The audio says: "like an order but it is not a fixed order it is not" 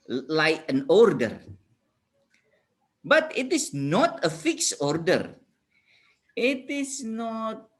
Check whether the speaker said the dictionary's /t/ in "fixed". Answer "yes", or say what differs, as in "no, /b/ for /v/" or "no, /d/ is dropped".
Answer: no, /t/ is dropped